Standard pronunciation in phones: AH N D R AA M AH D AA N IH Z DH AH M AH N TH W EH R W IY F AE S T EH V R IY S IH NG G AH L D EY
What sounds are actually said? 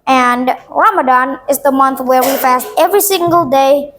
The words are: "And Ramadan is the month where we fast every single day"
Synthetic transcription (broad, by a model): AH N R AA M AH D AA N IH Z DH AH M AH N TH W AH R W IY F AE S T EH V R IY S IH NG G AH L D EY